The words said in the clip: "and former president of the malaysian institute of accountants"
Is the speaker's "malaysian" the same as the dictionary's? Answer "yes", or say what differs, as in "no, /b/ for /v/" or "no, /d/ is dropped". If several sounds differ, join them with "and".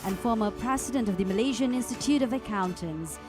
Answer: yes